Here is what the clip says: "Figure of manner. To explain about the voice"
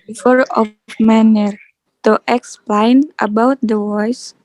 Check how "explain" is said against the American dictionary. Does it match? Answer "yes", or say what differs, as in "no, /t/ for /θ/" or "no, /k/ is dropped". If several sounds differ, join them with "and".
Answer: yes